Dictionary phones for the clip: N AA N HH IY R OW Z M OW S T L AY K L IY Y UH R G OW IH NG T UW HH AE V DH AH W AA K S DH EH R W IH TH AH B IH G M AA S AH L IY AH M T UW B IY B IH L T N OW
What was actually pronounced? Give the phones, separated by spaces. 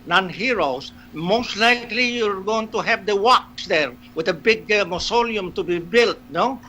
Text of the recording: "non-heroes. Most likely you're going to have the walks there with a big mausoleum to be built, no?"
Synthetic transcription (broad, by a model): N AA N HH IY R OW S M OW S T L AY K L IY Y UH R G OW IH NG T UW HH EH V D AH W AA K S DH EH R W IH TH AH B IH G M AA S AH L IY AH M T UW B IY B IH L T N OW